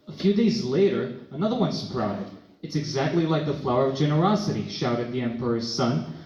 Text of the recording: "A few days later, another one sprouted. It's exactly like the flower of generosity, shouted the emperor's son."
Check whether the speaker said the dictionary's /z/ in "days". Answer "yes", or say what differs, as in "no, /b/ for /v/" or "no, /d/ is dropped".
yes